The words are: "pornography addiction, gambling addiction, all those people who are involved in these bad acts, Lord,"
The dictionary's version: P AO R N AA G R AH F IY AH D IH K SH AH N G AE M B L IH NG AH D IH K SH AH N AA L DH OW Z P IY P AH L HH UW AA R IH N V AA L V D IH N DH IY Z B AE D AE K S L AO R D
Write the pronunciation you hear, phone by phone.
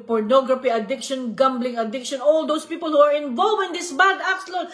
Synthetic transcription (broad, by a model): P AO R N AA G R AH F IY AH D IH K SH AH N G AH M B L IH NG AH D IH K SH AH N AA L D OW S P IY P AH L HH UW AA R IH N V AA L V IH N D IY S B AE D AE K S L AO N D